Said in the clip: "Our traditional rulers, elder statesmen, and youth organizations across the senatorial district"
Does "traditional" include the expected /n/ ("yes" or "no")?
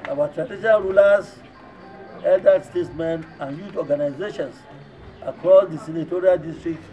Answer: no